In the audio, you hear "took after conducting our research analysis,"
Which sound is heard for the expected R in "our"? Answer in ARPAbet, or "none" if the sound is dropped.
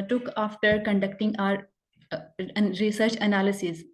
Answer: R